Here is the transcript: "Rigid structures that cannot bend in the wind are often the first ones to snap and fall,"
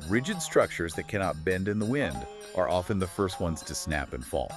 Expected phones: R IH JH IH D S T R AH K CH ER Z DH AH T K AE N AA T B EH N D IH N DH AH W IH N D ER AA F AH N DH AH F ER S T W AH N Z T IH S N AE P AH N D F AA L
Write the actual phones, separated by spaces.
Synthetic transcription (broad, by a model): R IH JH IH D S T R AH K CH ER Z DH AH T K AE N AA T B EH N D IH N DH AH W IH N D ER AA F AH N DH AH F ER S T W AH N Z T IH S N AE P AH N F AA L